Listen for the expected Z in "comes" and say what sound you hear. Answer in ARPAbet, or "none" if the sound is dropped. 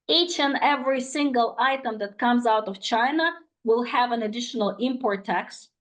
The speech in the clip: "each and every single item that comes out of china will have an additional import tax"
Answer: Z